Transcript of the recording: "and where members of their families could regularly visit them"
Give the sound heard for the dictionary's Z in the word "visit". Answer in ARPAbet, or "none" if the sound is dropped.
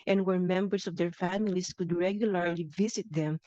S